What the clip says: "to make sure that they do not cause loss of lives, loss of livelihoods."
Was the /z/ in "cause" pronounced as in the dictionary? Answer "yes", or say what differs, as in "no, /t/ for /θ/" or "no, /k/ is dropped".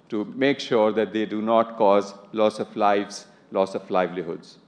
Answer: yes